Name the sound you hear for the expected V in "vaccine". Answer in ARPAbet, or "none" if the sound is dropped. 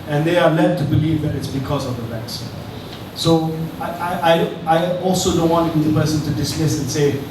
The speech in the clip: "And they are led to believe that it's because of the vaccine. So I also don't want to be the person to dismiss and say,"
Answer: B